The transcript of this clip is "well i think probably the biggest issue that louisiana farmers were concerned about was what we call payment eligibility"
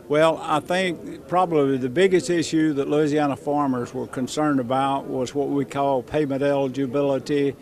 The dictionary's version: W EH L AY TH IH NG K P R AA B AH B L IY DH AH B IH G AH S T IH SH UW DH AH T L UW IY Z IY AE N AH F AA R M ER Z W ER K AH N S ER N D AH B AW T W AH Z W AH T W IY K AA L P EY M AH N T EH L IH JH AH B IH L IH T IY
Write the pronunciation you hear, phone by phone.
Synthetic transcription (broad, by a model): W EH L AY TH IH NG K P R AA B AH B L IY DH AH B IH G AH S T IH SH UW DH AH T L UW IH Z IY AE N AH F AA R M ER Z W ER K AH N S ER N D AH B AW T W AH Z W AH T W IY K AA L P EY M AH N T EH L JH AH B IH L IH T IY